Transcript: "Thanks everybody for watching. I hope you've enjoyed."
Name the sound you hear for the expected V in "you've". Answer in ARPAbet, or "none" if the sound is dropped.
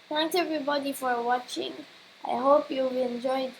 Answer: B